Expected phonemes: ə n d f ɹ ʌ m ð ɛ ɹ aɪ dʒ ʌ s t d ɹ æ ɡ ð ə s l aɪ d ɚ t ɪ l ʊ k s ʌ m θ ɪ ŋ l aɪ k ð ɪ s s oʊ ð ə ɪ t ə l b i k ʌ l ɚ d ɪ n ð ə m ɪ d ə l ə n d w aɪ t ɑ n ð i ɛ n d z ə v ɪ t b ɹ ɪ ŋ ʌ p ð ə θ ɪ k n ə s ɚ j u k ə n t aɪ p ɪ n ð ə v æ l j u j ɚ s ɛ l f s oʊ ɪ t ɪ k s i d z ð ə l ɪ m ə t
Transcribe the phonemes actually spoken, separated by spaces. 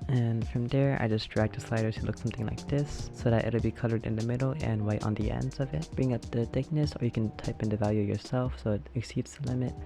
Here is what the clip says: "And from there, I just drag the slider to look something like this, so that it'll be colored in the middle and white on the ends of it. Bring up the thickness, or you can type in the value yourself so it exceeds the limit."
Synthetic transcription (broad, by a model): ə n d f ɹ ʌ m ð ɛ ɹ aɪ dʒ ʌ s d ɹ æ ɡ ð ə s l aɪ d ɚ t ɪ l ʊ k s ʌ m θ ɪ ŋ l aɪ k ð ɪ s s oʊ ð ə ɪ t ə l b i k ʌ l ɚ d ɪ n ð ə m ɪ d l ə n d w aɪ t n ð i ɛ n d z ə v ɪ t b ɹ ɪ ŋ ʌ p ð ə θ ɪ k n ə s ɚ j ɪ k ə n t aɪ p ɪ n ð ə v æ l j u j ɚ s ɛ l f s oʊ ɪ t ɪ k s i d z ð ə l ɪ m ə t